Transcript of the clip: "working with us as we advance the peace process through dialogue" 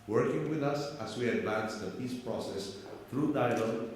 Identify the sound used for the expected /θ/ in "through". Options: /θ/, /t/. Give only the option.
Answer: /t/